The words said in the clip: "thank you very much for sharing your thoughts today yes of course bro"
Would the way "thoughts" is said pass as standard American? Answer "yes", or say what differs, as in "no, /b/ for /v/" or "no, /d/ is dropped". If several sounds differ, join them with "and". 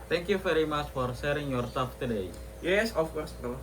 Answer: no, /s/ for /θ/